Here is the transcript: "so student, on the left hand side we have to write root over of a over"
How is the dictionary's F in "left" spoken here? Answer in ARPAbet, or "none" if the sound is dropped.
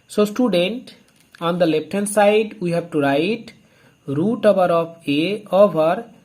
P